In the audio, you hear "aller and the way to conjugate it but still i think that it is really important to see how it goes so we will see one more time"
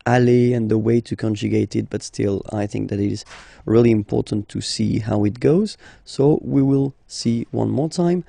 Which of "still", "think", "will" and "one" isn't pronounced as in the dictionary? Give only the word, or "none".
none